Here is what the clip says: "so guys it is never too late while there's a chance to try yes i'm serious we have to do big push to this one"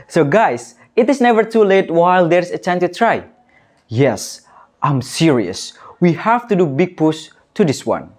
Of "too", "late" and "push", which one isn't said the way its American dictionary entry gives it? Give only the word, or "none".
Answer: push